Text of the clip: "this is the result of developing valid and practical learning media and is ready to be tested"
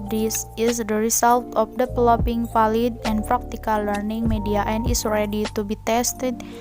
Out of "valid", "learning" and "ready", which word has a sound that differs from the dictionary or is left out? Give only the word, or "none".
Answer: valid